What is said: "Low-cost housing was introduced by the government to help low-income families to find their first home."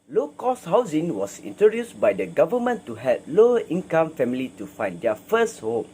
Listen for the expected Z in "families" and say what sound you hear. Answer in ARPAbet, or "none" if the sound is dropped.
none